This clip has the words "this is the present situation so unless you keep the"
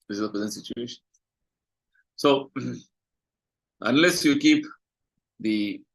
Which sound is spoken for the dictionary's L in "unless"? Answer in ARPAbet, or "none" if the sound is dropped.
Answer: L